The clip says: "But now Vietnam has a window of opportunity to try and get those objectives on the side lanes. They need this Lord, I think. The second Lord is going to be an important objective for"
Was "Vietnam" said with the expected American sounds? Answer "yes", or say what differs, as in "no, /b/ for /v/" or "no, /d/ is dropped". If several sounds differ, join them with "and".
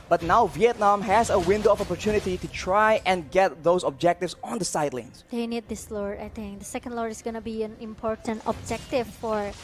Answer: yes